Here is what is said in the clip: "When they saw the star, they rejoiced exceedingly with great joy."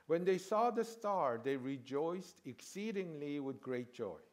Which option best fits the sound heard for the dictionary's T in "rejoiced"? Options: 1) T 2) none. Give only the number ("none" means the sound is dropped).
1